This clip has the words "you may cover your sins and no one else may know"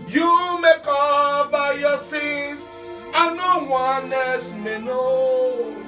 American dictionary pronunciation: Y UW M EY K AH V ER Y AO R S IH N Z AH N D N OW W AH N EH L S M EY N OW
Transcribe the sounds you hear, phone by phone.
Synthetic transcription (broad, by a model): Y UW M EY K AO B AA Y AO S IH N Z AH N N OW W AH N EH S M EY N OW